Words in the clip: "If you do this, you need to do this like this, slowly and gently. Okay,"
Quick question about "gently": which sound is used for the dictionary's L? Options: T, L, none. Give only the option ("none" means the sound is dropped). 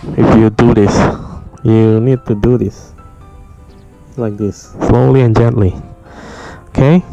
L